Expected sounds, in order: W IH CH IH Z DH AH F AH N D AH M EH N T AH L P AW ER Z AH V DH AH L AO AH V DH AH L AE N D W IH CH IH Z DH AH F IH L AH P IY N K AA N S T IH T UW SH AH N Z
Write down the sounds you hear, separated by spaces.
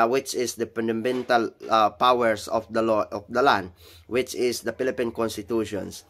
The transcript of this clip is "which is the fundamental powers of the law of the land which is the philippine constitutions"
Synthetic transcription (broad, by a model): W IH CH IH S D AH P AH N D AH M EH N T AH L P AW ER S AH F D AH L AO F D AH L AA N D W IH CH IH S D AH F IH L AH P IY N K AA N S T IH T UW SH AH N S